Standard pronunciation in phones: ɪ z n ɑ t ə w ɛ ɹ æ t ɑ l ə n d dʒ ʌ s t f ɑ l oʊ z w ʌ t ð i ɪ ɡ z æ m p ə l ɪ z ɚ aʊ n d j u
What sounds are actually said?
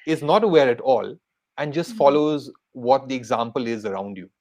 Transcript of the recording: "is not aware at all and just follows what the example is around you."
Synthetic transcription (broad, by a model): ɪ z n ɑ t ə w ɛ ɹ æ t ɑ l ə n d dʒ ʌ s t f ɑ l oʊ z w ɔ t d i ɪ ɡ z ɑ m p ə l ɪ z ɚ aʊ n d j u